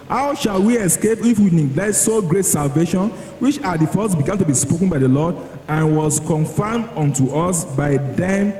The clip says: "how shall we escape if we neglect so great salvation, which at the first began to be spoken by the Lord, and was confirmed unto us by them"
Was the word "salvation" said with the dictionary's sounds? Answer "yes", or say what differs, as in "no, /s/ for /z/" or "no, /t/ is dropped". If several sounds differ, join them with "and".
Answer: yes